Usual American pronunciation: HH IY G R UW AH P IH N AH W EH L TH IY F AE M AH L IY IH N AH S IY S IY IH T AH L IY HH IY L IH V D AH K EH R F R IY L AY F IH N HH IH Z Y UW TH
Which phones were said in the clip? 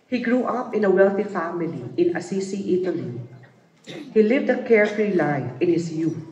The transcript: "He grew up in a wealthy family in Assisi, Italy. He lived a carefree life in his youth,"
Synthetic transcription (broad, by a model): HH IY G R UW AH P IH N AH W EH L TH IY F AE M AH L IY IH N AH S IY S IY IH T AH L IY HH IY L IH V D AH K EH R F R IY L AY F IH N HH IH S Y UW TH